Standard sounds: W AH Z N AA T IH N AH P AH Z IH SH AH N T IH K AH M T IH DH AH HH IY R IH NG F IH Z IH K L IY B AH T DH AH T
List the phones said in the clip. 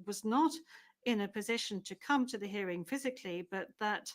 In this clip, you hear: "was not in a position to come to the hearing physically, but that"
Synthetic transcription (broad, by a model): W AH Z N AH T IH N AH P AH Z IH SH AH N T IH K AH M T IH DH AH HH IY R IH NG F IH Z IH K L IY B AH T DH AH T